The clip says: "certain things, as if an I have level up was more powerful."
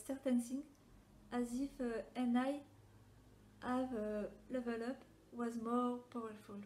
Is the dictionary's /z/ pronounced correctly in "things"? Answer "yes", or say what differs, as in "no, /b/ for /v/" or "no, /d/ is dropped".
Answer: no, /z/ is dropped